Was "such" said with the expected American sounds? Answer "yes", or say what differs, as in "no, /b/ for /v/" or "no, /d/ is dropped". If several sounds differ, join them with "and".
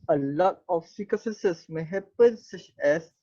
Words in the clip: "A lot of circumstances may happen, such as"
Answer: yes